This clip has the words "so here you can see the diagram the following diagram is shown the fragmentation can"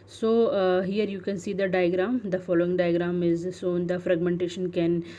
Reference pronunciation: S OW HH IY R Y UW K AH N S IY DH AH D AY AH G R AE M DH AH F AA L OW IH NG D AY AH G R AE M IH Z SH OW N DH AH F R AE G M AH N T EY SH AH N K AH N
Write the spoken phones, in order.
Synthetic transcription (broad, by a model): S OW HH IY R Y UW K AH N S IY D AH D AY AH G R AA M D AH F AA L OW IH NG D AY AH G R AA M IH Z S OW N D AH F R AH G M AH N T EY SH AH N K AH N